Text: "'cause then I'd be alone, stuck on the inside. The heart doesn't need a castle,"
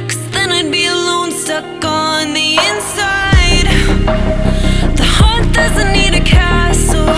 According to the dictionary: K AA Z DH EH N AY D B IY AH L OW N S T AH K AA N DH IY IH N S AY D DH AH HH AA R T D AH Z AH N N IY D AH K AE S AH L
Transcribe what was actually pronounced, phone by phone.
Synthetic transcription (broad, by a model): K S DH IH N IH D B IY AH L OW N S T AH K N DH IY IH N S AY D DH AH HH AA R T D AH Z AH N N IY D AH K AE S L